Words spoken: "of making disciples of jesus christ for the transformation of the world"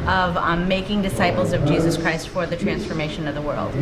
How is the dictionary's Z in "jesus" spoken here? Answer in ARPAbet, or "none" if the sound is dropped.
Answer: Z